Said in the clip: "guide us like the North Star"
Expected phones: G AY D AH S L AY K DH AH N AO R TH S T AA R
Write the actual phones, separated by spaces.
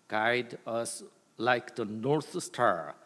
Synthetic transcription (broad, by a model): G AY D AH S L AY K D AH N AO R T S T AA R